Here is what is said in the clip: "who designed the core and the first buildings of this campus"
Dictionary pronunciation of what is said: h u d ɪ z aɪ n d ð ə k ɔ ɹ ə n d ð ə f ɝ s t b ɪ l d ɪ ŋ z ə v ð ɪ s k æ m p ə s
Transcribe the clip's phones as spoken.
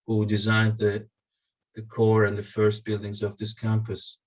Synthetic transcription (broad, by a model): h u d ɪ z aɪ n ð ð ə k ɔ ɹ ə n ð ə f ɝ s t b ɪ l d ɪ ŋ z ə v ð ɪ s k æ m p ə s